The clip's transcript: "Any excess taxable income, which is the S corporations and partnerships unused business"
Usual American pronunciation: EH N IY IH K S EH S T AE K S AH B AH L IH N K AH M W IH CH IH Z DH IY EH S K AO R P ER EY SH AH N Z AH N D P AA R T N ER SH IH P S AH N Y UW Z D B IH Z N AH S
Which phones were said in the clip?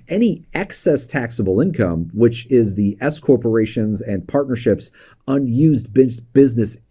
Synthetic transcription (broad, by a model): EH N IY IH K S EH S T AE K S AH B L IH N K AH M W IH CH IH Z DH IY EH S K AO R P ER EY SH AH N Z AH N P AA R T N ER SH IH P S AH N Y UW Z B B IH Z N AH S